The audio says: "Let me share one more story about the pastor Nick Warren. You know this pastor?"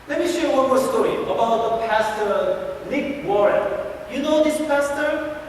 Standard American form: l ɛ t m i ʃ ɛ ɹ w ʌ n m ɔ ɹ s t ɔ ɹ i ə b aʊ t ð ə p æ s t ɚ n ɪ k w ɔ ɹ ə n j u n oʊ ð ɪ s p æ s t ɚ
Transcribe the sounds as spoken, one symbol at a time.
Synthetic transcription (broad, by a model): l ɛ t m i ʃ ɛ ɹ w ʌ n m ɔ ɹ s t ɔ ɹ i ə b aʊ t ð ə p æ s t ɚ l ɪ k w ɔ ɹ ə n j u n oʊ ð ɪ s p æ s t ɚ